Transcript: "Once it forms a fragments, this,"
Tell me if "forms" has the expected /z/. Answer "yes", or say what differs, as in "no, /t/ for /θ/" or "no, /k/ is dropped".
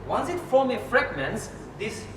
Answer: no, /z/ is dropped